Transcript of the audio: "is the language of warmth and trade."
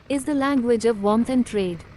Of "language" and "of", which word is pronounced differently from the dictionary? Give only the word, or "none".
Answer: none